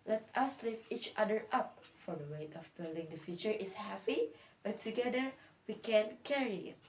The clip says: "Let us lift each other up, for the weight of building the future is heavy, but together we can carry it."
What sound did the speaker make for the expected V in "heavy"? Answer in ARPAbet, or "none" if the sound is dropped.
P